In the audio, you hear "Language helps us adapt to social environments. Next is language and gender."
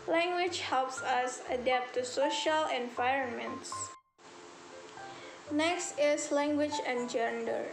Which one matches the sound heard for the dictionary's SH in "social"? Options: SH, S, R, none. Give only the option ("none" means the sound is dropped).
SH